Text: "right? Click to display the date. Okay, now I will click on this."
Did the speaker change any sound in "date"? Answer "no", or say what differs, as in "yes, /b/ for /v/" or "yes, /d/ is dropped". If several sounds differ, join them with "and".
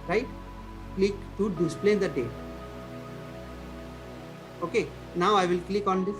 yes, /t/ is dropped